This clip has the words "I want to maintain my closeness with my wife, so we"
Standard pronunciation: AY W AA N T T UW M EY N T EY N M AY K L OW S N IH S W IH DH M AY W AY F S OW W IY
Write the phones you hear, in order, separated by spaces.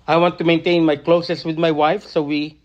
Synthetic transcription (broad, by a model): AY W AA N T T UW M EY N T EY N M AY K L OW S IH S W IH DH M AY W AY F S OW W IY